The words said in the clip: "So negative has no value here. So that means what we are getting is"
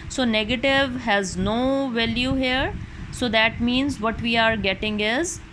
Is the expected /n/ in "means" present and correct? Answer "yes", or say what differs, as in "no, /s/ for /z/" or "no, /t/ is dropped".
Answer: yes